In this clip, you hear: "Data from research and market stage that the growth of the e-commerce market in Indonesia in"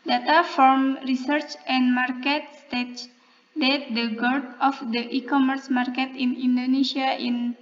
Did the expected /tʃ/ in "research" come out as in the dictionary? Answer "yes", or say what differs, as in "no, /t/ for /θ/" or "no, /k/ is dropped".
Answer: yes